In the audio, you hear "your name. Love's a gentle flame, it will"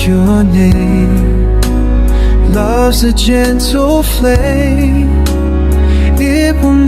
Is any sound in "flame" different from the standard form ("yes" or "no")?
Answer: yes